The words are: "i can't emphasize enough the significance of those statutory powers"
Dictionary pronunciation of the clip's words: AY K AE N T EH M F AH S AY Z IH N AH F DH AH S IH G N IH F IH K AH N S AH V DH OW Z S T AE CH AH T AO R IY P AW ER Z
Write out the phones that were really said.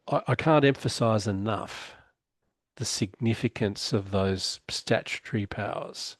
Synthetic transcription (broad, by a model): AY K AE N T EH M F AH S AY Z IH N AH F DH AH S IH G N IH F IH K AH N S AH V DH OW Z S T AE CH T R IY P AW ER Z